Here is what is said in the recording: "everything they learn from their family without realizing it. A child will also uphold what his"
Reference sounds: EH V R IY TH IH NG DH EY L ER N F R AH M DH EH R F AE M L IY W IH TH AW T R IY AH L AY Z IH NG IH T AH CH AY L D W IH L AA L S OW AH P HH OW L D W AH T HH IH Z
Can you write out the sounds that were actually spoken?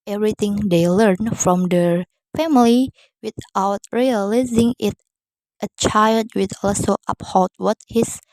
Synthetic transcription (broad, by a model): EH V R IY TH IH NG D EY L ER N F R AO M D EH R F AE M L IY W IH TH AW T R IY AH L AY Z IH NG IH T AH CH AY L D W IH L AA S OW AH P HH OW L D W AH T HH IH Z